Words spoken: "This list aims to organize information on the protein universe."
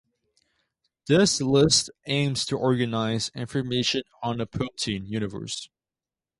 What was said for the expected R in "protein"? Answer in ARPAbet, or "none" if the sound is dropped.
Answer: none